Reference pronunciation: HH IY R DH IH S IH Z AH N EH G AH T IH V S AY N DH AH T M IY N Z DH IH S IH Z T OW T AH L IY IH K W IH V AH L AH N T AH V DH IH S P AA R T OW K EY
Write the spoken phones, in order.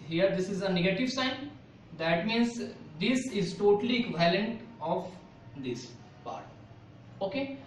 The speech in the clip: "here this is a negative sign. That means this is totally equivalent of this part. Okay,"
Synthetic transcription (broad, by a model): HH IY R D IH S IH Z AH N EH G AH T IH V S AY N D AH T M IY N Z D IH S IH Z T OW T AH L IY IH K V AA AH L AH N T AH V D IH S P AA R T OW K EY